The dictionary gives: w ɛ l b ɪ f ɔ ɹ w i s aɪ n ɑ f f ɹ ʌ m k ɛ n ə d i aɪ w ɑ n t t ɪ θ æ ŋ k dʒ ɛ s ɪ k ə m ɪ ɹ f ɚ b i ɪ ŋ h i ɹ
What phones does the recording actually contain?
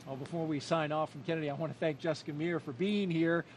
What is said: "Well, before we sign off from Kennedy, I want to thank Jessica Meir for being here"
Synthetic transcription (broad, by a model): w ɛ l b ɪ f ɔ ɹ w i s aɪ n ɑ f f ɹ ʌ m k ɛ n ə d i aɪ w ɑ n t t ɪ θ æ ŋ k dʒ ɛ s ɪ k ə m ɪ ɹ f ɚ b i ɪ ŋ h i ɹ